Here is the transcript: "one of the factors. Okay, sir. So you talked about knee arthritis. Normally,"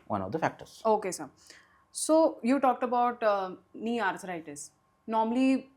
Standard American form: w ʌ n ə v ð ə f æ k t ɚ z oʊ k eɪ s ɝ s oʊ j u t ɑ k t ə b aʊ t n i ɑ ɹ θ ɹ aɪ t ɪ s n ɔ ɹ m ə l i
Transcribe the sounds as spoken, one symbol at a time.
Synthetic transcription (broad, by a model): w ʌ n ə v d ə f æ k t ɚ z oʊ k eɪ s ɝ s oʊ j u t ɑ k t ə b aʊ t n i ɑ ɹ t ɹ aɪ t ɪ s n ɔ ɹ m ə l i